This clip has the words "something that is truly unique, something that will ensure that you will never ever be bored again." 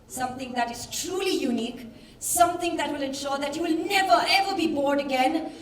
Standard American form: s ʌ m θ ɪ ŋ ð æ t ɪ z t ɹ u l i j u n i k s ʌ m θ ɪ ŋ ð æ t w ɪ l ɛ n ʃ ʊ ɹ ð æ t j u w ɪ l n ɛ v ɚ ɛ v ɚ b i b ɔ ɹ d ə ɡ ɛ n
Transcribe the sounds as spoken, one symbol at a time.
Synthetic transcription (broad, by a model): s ʌ m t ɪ ŋ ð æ t ɪ z t ɹ u l i j u n i k s ʌ m t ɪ ŋ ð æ t w ɪ l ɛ n ʃ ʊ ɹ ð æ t j u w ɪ l n ɛ v ɚ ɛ v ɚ b i b ɔ ɹ d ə ɡ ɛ n